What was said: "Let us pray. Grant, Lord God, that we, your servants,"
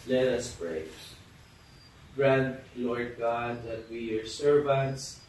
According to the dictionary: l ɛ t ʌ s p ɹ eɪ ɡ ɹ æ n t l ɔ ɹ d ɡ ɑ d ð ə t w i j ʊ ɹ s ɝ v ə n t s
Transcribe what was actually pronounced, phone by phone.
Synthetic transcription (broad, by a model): l ɛ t ʌ s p ɹ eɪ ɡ ɹ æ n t l ɔ ɹ d ɡ ɑ d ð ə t w i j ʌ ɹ s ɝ v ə n t s